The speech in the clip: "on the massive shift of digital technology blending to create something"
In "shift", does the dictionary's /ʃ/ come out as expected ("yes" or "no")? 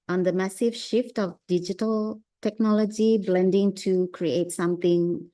yes